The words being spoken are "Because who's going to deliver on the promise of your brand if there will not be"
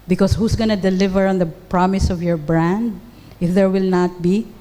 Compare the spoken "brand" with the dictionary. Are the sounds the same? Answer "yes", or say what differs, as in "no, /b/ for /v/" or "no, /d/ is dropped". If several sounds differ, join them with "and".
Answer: yes